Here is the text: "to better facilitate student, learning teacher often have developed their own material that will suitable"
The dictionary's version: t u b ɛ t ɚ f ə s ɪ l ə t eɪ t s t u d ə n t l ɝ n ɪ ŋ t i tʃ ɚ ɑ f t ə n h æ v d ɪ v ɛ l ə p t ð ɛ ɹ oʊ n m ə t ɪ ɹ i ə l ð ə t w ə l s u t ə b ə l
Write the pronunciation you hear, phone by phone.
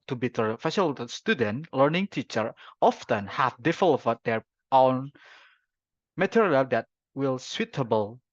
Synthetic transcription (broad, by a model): t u b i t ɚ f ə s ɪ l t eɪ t s t u d ə n t l ɝ n ɪ ŋ t i tʃ ɚ ɑ f t ə n h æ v d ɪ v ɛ l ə t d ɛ ɹ oʊ n m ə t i ɹ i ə l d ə t w ə l s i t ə b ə l